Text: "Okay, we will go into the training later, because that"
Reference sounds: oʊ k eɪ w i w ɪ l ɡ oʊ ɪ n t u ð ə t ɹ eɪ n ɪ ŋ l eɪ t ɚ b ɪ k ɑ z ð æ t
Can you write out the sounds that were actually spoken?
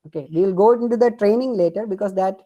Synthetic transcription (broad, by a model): oʊ k eɪ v i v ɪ l ɡ oʊ ɪ n t u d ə t ɹ eɪ n ɪ ŋ l eɪ t ɚ b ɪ k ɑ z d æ t